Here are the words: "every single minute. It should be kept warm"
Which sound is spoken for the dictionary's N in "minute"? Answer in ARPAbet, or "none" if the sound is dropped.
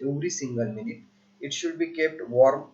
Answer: N